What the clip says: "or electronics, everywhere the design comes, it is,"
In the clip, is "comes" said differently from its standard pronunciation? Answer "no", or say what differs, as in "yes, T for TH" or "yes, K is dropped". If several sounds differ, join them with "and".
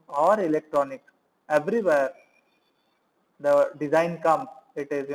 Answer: yes, Z is dropped